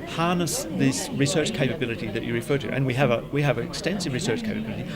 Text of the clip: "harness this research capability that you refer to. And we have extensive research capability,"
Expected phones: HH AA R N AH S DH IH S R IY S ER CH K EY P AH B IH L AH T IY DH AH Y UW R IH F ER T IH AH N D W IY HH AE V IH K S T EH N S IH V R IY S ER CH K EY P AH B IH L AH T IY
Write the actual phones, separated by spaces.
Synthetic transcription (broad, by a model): HH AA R N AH S DH IH S R IY S ER CH K EY P AH B IH L AH T IY DH AH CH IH R IH F ER T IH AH N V W IY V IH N IH K S T EH N S IH V R IY S ER CH K EY P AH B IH L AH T IY